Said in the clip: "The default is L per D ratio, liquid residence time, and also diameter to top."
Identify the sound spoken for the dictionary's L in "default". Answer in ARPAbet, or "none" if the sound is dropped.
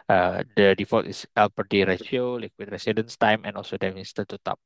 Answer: none